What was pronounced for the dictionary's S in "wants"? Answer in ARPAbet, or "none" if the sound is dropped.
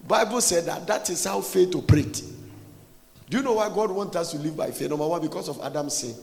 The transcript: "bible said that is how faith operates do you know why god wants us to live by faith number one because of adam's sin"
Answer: none